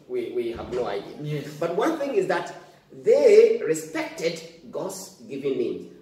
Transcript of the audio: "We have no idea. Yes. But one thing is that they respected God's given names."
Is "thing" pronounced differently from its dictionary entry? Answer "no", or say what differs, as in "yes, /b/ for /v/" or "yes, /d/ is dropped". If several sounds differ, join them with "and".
no